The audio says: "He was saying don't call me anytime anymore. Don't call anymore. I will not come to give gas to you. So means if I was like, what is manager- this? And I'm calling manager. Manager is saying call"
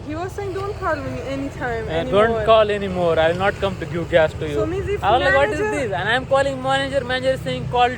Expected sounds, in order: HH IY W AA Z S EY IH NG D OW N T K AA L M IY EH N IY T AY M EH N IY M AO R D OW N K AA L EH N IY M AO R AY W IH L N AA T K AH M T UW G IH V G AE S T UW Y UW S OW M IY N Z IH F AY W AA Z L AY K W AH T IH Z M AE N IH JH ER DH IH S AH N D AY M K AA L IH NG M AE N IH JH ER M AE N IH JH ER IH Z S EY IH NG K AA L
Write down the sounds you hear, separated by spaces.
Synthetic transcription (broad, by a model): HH IY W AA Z S EY IH NG D OW N T K AA L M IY EH N IY T AY M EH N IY D OW N K AA L EH N IY M AO R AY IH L N AA T K AH M T UW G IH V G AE S T UW Y UW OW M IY Z IH F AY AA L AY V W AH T IH Z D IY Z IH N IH AH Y M K AA L IH NG M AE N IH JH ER M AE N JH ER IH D S EY IH NG K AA L